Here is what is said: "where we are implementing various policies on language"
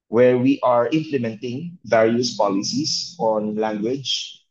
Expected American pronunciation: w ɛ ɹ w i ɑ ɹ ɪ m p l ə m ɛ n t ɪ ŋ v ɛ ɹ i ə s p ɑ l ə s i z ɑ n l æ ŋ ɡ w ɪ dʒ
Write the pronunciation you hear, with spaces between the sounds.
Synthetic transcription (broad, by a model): w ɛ ɹ w i ɑ ɹ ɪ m p l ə m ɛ n t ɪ ŋ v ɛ ɹ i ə s p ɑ l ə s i s ɑ n l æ ŋ ɡ w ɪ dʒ